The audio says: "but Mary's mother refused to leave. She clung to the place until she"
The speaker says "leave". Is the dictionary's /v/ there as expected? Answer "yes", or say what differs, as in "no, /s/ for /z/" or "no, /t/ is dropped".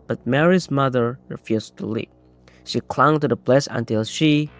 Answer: no, /p/ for /v/